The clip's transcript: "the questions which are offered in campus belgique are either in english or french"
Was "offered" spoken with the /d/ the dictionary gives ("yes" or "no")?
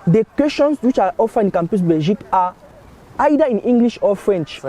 no